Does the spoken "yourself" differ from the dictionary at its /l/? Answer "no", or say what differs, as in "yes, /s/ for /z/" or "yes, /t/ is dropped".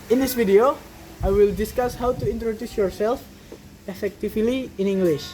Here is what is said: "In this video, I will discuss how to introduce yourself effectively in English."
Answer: no